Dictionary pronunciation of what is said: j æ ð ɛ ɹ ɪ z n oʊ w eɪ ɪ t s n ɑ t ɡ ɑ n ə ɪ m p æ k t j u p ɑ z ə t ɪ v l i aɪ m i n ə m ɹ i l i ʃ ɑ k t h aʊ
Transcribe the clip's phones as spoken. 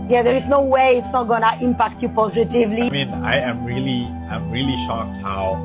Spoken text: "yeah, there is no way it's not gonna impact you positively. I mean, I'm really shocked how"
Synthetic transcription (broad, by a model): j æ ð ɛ ɹ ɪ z n oʊ w eɪ ɪ t s n ɑ t ɡ ɑ n ə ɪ m p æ k t j u p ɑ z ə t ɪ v l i aɪ m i l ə m ɹ i l i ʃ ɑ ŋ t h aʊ